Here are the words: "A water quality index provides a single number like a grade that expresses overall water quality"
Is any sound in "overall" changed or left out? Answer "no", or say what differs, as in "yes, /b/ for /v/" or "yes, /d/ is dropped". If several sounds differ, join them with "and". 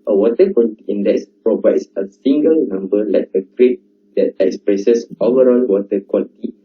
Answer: yes, /n/ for /l/